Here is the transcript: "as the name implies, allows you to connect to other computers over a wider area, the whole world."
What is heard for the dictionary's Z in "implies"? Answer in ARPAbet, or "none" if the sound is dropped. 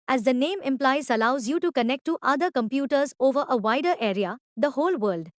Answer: S